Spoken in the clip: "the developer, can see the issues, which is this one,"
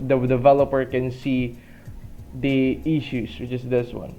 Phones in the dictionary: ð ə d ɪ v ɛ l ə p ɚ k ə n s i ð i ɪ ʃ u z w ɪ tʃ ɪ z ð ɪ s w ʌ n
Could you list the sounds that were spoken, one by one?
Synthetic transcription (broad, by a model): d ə d ɪ v ɛ l ə p ɚ k ə n s i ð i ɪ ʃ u s w ɪ tʃ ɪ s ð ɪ s w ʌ n